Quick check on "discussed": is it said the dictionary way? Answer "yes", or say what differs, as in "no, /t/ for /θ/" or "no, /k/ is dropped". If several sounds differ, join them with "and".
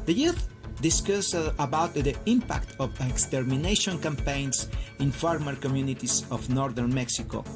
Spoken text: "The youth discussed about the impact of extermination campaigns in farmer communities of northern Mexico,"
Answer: no, /t/ is dropped